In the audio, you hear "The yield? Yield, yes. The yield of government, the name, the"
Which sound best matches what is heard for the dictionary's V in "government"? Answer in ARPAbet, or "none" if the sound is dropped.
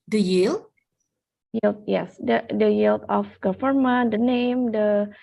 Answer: F